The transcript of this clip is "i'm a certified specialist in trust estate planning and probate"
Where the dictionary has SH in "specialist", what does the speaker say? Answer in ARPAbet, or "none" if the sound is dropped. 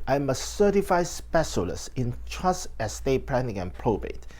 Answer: S